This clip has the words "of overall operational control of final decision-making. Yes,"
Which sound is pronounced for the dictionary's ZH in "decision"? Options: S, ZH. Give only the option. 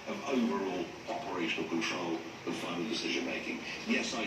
ZH